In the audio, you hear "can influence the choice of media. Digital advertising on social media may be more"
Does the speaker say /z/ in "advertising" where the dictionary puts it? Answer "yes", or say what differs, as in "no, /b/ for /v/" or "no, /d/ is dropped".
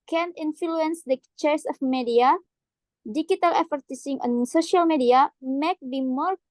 no, /s/ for /z/